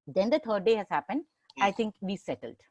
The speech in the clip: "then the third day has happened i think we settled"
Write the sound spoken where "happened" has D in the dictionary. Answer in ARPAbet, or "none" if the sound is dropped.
D